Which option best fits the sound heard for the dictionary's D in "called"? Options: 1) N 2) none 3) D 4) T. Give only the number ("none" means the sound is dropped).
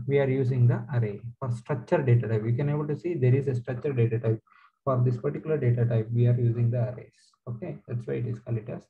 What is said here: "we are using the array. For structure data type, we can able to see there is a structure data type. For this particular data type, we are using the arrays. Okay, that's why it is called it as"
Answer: 2